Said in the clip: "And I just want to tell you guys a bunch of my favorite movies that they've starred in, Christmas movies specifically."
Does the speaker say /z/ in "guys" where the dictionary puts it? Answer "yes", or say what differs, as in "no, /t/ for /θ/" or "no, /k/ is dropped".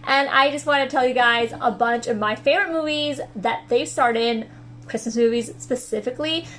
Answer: yes